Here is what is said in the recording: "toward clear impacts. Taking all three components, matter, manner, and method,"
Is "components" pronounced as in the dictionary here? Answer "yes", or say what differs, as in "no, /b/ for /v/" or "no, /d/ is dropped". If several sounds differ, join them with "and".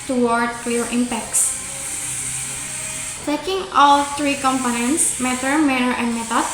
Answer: yes